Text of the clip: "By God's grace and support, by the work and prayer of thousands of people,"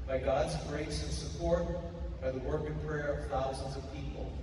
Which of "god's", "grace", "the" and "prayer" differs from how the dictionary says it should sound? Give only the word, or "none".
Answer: none